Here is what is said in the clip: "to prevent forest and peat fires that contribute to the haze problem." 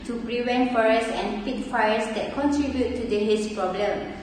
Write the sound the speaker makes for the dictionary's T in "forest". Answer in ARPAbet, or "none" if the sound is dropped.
none